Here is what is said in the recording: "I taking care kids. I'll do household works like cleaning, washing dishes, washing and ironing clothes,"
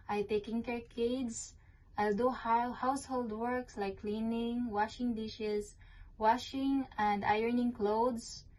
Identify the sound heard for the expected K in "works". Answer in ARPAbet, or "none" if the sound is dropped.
K